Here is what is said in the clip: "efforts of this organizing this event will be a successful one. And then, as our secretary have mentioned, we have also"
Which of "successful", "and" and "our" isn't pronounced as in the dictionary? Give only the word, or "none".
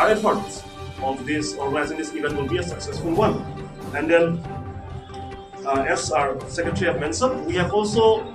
none